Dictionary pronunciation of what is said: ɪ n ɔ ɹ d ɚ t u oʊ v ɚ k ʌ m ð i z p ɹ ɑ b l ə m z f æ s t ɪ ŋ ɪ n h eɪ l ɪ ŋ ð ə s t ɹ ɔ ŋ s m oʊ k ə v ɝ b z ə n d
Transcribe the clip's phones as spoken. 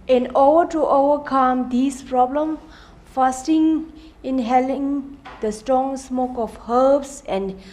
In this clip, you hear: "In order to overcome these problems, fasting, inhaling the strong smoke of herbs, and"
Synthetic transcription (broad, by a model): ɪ n ɔ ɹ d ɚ t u oʊ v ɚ k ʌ m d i s p ɹ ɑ b l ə m f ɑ s t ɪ ŋ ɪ n h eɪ l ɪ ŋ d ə s t ɹ ɔ ŋ s m oʊ k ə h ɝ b s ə n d